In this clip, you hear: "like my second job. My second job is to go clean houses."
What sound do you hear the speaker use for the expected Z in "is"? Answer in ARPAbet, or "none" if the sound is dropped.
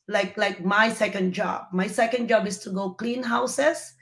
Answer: S